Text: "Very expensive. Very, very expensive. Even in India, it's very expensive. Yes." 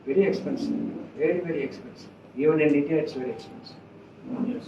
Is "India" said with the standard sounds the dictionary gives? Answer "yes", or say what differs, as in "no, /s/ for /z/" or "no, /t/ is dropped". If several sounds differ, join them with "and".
no, /n/ is dropped